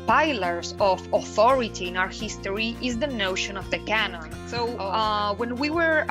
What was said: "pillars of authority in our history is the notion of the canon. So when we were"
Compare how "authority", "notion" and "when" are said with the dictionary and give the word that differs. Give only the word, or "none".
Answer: none